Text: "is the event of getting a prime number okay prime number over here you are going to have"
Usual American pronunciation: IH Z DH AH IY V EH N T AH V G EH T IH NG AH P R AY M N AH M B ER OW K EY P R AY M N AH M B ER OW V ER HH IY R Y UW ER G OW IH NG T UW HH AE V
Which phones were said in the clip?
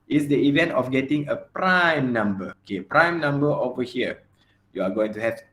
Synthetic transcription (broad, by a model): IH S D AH IY V EH N T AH F G EH T IH NG AH P R AY M N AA M B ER OW K EY P R AY M N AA M B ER OW V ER HH IY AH Y UW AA G OW IH NG T UW HH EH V